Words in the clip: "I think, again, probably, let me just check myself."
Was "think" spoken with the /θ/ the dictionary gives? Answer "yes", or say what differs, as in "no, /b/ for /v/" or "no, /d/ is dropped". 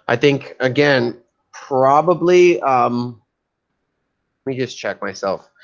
yes